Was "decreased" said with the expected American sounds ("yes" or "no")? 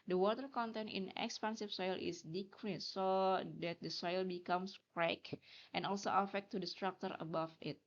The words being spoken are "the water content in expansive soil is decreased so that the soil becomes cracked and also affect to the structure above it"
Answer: no